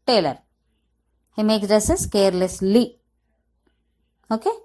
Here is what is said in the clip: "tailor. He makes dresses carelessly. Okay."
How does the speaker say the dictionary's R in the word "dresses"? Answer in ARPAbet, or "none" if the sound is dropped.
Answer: none